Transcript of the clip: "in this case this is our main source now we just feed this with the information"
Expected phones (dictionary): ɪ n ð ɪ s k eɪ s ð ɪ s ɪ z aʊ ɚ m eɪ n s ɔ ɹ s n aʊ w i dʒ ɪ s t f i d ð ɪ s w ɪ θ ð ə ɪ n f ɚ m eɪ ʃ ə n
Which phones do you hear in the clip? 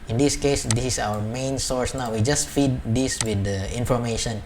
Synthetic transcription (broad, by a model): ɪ n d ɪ s k eɪ s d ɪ s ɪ s aʊ ɚ m eɪ n s ɔ ɹ s n aʊ w i dʒ ɪ s t f i d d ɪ s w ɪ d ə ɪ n f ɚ m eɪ ʃ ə n